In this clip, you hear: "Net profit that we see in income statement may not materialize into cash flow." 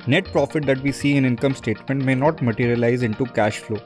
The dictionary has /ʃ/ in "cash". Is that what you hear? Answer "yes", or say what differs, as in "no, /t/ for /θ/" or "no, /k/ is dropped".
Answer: yes